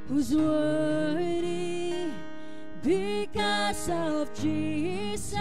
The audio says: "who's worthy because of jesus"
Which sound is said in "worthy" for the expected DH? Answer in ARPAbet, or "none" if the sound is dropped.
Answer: none